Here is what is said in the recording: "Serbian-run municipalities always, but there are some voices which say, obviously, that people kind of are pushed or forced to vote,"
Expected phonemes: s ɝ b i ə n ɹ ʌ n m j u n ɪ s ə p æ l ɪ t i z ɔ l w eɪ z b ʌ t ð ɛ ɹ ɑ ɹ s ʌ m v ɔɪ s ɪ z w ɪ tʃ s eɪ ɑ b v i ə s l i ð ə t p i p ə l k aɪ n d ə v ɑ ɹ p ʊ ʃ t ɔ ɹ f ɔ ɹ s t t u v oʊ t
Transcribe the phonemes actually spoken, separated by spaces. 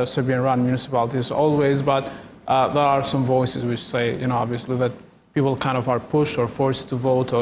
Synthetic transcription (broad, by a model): s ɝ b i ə n ɹ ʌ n m j u n ɪ s ə p æ l ɪ t i z ɔ l w eɪ z b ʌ t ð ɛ ɹ ɑ ɹ s ʌ m v ɔɪ s ɪ z w ɪ tʃ s eɪ ɑ b v i ə s l i ð ə t p i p l k aɪ n d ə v ɑ ɹ p ʊ ʃ t ɔ ɹ f ɔ ɹ s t t u v oʊ t